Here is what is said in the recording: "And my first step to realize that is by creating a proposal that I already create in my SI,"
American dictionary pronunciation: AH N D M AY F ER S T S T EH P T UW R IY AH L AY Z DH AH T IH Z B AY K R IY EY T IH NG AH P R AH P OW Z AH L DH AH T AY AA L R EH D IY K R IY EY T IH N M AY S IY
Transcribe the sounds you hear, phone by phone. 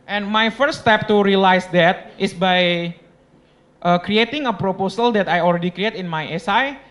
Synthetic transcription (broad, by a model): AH N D M AY F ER T S T EH P T UW R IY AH L AY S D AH T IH S B AY K R IY EY T IH NG AH P R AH P OW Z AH L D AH T AY AA L R EH D IY K R IY EY T IH N M AY S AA